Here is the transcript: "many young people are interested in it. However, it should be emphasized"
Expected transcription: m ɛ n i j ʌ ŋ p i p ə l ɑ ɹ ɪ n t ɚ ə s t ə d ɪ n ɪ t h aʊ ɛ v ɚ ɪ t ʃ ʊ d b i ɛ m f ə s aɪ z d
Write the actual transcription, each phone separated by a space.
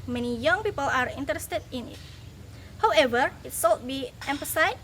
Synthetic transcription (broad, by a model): m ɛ n i j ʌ ŋ p i p ə l ɑ ɹ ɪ n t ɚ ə s t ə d ɪ n ɪ t h aʊ ɛ v ɚ ɪ t s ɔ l b i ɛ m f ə s aɪ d